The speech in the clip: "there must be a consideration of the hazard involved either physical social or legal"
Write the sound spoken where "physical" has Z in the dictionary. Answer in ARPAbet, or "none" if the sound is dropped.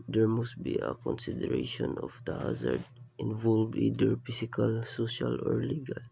S